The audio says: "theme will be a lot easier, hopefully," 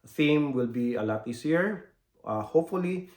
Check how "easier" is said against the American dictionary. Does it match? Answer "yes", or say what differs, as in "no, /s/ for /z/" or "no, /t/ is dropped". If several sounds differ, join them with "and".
no, /s/ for /z/